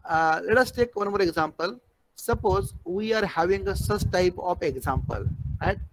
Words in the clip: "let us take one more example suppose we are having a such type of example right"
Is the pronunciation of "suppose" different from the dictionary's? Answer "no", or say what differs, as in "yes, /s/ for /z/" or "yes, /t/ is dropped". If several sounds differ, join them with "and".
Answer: no